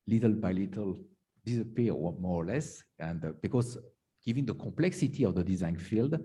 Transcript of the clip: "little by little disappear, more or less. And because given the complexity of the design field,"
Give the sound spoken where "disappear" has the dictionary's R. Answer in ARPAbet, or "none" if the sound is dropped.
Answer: W